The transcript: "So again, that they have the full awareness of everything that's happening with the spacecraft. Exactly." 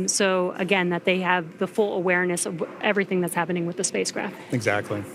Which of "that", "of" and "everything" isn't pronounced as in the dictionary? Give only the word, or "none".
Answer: none